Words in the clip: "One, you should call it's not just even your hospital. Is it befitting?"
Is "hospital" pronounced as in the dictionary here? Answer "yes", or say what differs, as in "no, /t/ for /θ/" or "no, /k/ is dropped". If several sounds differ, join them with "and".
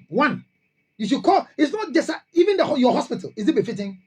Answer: yes